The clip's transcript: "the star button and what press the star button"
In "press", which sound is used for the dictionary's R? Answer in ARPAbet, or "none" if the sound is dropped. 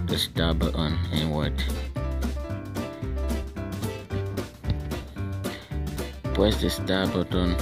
none